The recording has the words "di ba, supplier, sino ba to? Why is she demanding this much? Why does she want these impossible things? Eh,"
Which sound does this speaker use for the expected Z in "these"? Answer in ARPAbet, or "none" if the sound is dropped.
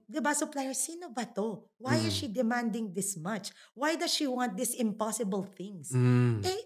S